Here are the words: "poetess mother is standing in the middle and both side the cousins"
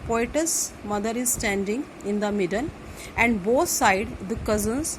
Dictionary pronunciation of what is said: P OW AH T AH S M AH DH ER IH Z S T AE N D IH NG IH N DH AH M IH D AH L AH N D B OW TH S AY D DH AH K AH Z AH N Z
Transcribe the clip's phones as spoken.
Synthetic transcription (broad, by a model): P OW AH T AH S M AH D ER IH Z S T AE N D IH NG IH N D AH M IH D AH N AH N D B OW T S AY D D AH K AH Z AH N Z